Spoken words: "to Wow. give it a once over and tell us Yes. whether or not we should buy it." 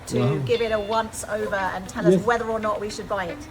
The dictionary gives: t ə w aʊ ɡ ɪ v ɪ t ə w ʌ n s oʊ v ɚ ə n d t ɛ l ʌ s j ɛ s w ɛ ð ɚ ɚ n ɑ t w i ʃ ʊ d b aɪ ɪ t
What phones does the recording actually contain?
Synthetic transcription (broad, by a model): t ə ɡ ɪ v ɪ t ə w ʌ n s oʊ v ɚ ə n t ɛ l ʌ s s w ɛ ð ɚ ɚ n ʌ t w i ʃ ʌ d b aɪ ɪ t